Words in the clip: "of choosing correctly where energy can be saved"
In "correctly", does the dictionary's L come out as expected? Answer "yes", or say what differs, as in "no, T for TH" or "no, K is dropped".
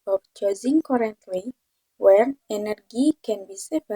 no, W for L